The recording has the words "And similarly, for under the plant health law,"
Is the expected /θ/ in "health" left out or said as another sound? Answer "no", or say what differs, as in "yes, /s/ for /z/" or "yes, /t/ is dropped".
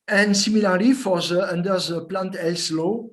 yes, /s/ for /θ/